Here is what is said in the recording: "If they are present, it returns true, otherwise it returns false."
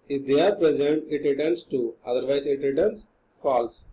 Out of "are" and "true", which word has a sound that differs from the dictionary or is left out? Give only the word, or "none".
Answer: true